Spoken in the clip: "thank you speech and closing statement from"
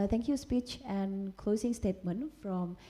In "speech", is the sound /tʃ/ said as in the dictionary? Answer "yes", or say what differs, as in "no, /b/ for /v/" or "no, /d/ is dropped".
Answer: yes